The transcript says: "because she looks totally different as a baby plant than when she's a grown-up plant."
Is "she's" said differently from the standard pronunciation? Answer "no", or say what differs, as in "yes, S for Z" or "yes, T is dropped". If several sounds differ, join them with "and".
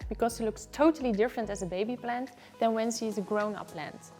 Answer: yes, S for SH